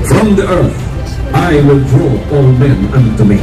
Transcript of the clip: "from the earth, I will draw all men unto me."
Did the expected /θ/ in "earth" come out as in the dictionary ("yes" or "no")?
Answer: yes